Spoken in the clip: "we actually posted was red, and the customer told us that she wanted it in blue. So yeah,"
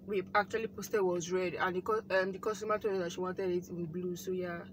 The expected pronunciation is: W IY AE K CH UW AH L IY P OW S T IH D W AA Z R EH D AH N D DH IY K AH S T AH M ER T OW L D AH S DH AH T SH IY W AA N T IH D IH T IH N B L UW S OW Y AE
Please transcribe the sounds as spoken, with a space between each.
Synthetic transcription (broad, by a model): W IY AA K CH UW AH L IY P OW S T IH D W AA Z R EH D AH N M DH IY K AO S T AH M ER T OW D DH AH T SH IY W AA N T IH D IH T IH N B L UW S OW Y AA